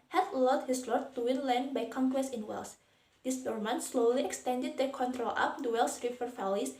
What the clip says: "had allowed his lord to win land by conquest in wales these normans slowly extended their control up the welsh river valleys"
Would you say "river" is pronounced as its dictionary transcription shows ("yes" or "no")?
no